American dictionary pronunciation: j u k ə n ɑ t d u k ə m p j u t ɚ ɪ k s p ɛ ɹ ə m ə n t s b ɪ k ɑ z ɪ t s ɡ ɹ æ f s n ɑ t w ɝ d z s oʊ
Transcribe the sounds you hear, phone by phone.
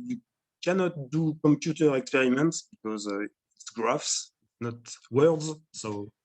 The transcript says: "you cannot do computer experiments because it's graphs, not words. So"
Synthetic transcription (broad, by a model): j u k ə n ɑ t d u k ə m p j u t ɚ ɪ k s p ɛ ɹ ə m ə n t s b ɪ k ɑ z ɪ t s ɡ ɹ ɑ f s n ɑ t w ɝ d z s oʊ